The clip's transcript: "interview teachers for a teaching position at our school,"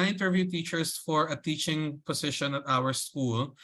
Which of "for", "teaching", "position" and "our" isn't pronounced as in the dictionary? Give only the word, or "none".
position